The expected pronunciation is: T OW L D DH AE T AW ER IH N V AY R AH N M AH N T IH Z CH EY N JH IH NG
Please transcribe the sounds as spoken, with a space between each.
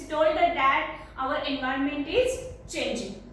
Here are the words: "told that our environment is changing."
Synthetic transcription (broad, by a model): T OW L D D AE T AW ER IH N V AY R AH N M AH N T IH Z CH EY N JH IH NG